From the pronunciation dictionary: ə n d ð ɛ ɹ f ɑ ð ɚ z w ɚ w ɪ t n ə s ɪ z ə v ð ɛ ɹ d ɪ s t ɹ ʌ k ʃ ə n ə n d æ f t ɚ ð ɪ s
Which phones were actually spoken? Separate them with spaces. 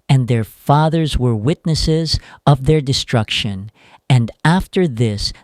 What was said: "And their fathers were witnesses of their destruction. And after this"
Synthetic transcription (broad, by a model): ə n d ð ɛ ɹ f ɑ ð ɚ z w ɚ w ɪ t n ə s ɪ z ə v ð ɛ ɹ d ɪ s t ɹ ʌ k ʃ ə n ə n d æ f t ɚ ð ɪ s